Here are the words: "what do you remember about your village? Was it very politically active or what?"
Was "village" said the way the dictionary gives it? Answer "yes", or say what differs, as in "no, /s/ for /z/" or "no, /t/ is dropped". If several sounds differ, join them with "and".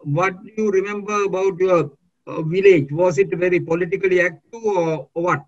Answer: yes